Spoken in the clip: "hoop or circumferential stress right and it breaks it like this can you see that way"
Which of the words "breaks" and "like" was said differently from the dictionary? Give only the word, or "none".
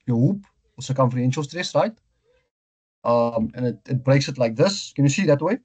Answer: none